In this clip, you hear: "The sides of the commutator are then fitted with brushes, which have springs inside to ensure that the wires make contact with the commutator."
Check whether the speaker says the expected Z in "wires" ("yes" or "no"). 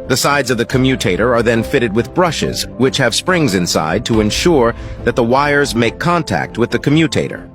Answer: yes